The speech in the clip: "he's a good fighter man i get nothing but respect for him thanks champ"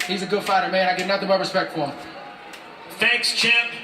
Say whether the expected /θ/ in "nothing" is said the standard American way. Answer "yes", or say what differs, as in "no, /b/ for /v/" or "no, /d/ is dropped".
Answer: yes